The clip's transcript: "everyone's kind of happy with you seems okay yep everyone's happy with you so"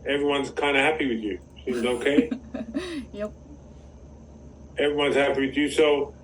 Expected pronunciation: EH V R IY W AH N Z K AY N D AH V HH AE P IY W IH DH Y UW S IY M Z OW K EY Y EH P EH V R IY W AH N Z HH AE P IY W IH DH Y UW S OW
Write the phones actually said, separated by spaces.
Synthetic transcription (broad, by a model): EH V R IY W AH N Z K AY N D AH HH AE P IY W IH DH Y UW S IY M Z OW K EY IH EH V R IY W AH N Z HH AE P IY W IH DH Y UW S OW